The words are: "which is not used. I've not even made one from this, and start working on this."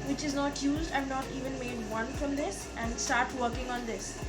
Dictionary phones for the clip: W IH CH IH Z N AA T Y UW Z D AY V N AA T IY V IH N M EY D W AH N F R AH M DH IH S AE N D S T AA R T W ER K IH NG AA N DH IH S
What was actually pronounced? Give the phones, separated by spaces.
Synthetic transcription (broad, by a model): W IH CH IH Z N AA T Y UW Z D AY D N AA T IY V IH N M EY D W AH N F R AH M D IH S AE N D S T AA R T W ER K IH NG AA N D IH S